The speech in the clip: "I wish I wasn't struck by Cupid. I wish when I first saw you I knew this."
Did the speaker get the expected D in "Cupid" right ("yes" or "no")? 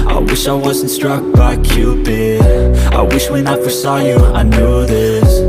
no